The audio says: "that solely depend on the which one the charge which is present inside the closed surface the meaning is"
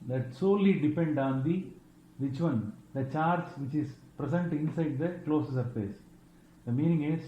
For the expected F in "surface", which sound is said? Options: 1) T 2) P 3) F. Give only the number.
2